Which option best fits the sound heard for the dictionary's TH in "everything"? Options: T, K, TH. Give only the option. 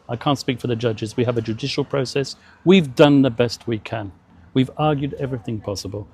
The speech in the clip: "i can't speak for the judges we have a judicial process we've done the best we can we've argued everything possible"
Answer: TH